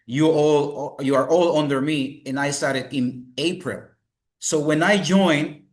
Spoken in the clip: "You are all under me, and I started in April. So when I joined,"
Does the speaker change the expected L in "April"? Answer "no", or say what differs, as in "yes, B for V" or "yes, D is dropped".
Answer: no